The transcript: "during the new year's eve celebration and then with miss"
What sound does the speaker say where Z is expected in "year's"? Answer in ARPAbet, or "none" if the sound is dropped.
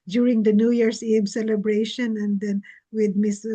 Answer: S